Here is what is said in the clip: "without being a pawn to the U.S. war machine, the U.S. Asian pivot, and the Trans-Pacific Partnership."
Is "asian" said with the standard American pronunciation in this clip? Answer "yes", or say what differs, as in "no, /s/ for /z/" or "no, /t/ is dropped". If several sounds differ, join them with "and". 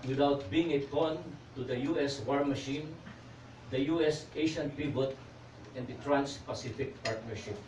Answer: no, /ʃ/ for /ʒ/